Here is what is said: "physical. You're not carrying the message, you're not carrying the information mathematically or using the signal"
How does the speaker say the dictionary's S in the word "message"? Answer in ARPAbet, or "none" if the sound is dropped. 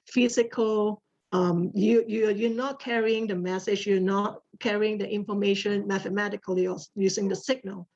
S